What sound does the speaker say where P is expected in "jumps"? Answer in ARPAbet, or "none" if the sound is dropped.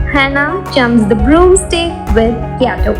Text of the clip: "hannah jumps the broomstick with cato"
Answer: none